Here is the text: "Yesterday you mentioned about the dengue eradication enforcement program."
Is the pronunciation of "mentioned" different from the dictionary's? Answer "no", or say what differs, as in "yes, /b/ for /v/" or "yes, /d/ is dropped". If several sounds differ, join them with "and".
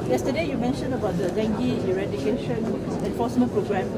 yes, /d/ is dropped